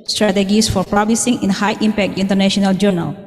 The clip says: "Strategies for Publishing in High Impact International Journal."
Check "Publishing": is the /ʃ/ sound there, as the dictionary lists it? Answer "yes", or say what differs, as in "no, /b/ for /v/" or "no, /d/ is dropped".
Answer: no, /s/ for /ʃ/